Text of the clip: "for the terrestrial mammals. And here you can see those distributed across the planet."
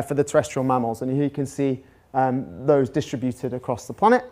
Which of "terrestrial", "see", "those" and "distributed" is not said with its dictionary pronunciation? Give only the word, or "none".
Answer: none